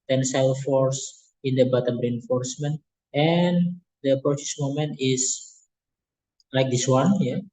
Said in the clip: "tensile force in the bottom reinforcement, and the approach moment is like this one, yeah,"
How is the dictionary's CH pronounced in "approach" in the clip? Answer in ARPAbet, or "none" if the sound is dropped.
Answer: S